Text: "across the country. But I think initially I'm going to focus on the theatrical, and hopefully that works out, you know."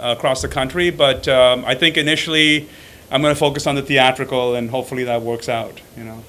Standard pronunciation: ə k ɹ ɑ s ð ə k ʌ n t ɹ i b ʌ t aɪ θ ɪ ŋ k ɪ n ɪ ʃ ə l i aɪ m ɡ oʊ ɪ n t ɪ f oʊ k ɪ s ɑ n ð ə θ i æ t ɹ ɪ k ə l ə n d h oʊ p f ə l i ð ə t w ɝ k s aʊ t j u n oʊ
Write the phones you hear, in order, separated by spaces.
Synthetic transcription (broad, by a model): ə k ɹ ɑ s ð ə k ʌ n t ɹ i b ʌ t aɪ θ ɪ ŋ k ɪ n ɪ ʃ l i aɪ m ɡ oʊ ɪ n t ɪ f oʊ k ɪ s n ð ə θ i æ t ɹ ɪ k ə l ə n h oʊ p f l i ð ə t w ɝ k s aʊ t j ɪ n oʊ